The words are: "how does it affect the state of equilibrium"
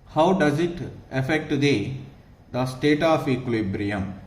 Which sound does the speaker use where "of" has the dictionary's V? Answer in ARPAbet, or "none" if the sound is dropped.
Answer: P